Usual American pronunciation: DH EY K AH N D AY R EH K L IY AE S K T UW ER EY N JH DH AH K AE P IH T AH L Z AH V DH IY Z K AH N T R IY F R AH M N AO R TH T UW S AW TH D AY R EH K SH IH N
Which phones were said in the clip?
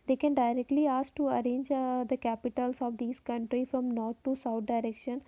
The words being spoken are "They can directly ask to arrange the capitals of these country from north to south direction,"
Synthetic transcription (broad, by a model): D EY K AH N D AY R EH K L IY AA S K T UW ER EY N JH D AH K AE P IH T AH L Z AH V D IY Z K AH N T R IY F R AH M N AO R T T UW S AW T D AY R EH K SH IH N